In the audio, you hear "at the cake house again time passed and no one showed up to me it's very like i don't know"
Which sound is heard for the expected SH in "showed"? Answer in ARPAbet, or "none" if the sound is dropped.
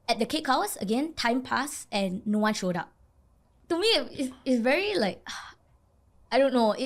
SH